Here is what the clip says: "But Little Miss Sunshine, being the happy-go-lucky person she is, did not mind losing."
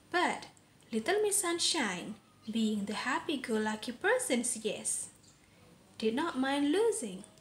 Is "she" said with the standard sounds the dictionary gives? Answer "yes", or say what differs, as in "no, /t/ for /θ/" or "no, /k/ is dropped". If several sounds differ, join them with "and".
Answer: no, /s/ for /ʃ/